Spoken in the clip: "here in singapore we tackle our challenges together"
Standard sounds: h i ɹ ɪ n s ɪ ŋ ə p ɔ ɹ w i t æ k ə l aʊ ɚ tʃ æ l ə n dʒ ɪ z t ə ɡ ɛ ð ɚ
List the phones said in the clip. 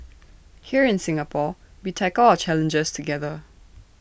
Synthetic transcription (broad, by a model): h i ɹ ɪ n s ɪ ŋ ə p ɔ w i t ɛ ə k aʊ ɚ tʃ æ l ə n dʒ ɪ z t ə ɡ ɛ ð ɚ